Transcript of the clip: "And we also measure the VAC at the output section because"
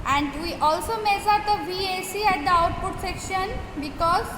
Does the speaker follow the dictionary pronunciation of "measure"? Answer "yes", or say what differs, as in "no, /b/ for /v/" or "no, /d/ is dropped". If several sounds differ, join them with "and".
no, /s/ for /ʒ/